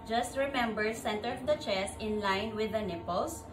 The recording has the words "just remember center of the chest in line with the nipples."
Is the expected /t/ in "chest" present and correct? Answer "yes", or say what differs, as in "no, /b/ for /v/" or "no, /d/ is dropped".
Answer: no, /t/ is dropped